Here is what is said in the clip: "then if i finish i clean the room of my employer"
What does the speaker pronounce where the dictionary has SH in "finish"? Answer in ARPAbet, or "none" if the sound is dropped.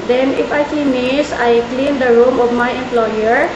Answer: S